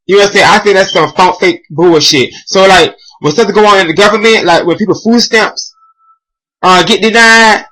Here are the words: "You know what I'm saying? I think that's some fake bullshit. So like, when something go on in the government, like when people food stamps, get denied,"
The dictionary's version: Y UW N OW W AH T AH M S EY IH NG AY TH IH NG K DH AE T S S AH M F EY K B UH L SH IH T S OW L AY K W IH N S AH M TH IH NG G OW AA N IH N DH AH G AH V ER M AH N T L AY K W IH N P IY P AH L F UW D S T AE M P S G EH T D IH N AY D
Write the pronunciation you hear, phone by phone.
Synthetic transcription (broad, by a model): Y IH N OW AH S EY IH AY TH IH NG K DH AE T S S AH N F EY K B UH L SH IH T S OW L AY K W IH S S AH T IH G OW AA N IH N DH AH G AH V ER M AH N T L AY K W IH N P IY P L F UW D S T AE M P S G EH T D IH N AY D